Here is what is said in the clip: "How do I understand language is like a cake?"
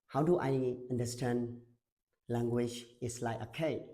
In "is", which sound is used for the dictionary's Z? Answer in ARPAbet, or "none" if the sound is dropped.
S